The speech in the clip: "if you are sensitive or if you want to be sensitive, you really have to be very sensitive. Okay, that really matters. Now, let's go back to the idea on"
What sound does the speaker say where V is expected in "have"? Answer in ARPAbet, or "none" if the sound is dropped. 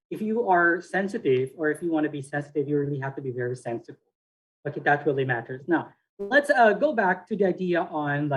F